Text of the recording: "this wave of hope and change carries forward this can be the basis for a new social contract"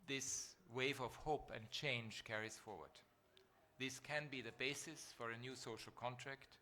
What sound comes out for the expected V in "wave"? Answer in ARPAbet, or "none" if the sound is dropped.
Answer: V